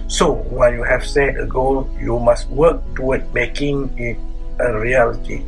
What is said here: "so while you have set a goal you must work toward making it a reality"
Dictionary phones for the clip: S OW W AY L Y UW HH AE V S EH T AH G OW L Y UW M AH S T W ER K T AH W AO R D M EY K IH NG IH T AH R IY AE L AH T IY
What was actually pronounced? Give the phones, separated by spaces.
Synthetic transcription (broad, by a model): S OW W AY N Y UW HH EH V S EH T AH G OW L Y UW M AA S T W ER K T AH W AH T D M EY K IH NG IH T AH R IY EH L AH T IY